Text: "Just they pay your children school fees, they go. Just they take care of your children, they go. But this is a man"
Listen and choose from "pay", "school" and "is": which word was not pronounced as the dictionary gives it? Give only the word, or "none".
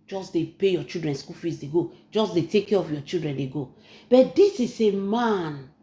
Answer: is